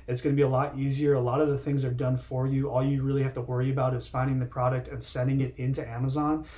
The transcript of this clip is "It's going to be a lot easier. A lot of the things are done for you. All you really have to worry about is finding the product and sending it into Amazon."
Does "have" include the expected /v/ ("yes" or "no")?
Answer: no